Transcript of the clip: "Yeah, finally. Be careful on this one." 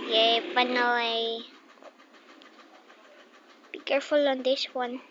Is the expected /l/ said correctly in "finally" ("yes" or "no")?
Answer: no